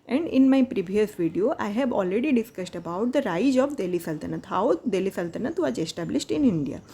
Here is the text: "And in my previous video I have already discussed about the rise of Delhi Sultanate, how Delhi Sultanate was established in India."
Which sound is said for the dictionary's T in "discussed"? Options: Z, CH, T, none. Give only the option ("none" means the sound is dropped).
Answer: T